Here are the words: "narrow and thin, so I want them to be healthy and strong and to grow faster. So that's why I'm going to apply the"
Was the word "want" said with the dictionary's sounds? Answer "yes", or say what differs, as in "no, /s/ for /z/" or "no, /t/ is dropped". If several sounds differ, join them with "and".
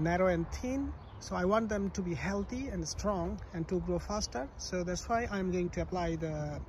yes